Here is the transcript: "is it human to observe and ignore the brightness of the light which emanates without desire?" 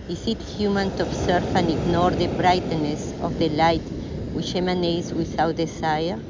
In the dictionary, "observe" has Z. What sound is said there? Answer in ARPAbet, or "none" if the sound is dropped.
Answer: S